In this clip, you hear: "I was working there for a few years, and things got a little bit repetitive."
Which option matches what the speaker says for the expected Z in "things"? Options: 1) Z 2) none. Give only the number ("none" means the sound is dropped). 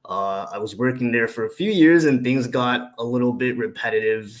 1